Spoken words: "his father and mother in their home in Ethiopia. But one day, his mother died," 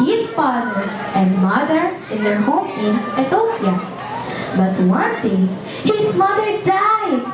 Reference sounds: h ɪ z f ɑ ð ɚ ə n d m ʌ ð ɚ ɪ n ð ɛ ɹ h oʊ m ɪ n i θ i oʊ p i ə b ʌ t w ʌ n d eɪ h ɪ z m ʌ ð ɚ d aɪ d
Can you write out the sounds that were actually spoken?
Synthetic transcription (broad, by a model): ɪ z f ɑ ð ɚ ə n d m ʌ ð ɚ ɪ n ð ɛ h oʊ m ɪ n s t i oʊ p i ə b ʌ t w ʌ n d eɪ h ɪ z m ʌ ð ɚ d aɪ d